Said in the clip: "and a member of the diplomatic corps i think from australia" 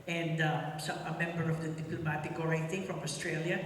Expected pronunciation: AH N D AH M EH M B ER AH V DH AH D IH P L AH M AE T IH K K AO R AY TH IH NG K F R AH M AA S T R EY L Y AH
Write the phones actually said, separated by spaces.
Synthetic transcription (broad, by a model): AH N D AH M EH M B ER AH V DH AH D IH P L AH M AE T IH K K AO R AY T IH NG F R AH M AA S T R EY L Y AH